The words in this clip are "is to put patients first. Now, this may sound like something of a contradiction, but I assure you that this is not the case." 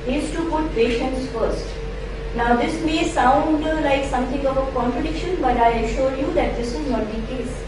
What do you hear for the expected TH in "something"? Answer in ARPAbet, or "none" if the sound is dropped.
T